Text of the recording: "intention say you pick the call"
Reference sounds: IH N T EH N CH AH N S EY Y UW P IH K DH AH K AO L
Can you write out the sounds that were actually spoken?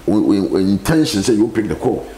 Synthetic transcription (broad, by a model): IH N T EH N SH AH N S EY Y UW P IH K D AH K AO